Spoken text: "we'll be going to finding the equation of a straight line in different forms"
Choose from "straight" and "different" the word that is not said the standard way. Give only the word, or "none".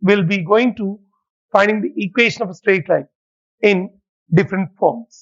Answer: none